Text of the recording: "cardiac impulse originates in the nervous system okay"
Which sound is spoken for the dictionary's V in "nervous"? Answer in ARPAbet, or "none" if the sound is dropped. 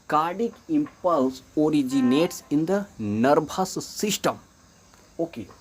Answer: B